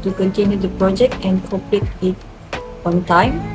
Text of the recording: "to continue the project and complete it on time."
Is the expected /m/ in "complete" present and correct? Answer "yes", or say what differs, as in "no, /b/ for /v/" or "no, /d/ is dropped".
no, /m/ is dropped